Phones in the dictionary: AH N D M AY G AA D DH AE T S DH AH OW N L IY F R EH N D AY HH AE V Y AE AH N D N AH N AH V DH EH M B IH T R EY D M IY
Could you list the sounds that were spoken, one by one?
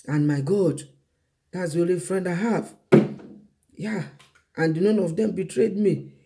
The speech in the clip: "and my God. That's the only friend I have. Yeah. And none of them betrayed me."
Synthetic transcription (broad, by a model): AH N M AY G AA D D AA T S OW L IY F R EH N D AY HH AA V Y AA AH N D N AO N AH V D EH M B IH T R EY D M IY